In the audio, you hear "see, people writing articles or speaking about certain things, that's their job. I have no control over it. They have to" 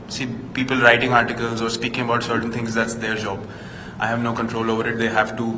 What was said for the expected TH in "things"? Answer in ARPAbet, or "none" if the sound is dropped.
T